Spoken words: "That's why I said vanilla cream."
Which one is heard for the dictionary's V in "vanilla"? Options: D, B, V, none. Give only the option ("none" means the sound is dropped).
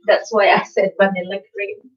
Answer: B